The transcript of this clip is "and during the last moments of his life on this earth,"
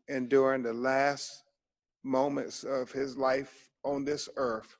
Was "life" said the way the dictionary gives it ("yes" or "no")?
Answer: yes